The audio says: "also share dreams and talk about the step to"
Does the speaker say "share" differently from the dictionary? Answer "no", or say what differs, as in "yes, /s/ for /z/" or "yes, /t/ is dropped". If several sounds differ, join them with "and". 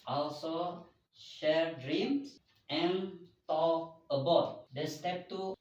no